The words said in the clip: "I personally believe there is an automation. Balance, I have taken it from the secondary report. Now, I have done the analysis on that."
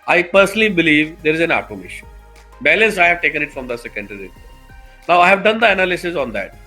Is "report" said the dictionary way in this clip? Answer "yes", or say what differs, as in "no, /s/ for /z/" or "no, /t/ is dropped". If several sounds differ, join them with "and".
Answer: no, /p/ is dropped